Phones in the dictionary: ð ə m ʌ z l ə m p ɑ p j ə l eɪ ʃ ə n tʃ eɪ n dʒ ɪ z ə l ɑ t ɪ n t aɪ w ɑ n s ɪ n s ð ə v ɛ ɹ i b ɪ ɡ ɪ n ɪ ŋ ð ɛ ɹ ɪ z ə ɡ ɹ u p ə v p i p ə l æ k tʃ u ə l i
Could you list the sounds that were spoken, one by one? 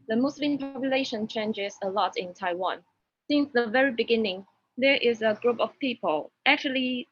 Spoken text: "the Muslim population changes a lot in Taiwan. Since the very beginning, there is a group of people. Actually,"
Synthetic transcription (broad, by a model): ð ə m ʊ s l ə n p ɑ p j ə l eɪ ʃ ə n tʃ eɪ n dʒ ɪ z ə l ɑ t ɪ n t aɪ w ɑ n s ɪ n s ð ə v ɛ ɹ i b ɪ ɡ ɪ n ɪ ŋ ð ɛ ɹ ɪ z ə ɡ ɹ u p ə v p i p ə l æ k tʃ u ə l i